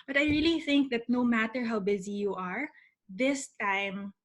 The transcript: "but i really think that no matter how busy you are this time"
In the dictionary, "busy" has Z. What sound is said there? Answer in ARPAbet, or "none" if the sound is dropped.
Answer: Z